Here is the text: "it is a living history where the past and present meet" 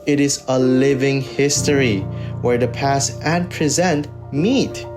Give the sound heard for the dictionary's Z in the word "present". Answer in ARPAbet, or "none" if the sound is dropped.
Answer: Z